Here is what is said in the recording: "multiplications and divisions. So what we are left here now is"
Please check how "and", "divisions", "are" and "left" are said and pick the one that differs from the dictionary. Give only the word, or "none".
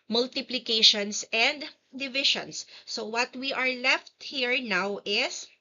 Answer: divisions